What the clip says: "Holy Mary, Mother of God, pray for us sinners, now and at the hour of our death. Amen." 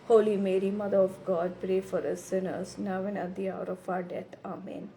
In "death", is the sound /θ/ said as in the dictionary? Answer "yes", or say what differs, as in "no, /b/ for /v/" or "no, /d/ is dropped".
no, /t/ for /θ/